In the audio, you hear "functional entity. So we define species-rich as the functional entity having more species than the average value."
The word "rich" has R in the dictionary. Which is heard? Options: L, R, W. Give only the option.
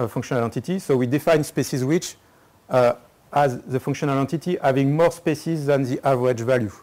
W